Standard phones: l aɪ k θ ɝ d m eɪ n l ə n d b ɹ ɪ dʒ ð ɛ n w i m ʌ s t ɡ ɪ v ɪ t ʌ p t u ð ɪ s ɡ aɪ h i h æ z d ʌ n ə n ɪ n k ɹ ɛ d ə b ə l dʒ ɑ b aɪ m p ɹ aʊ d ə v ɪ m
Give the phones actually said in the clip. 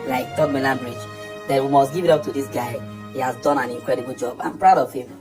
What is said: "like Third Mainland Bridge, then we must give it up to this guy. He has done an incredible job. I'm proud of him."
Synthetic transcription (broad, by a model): l aɪ k t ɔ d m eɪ l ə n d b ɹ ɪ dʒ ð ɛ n w i m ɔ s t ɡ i v ɪ t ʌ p t u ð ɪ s ɡ aɪ h i h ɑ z d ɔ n ə n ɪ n k ɹ ɛ d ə b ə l dʒ ɑ b aɪ m p ɹ aʊ d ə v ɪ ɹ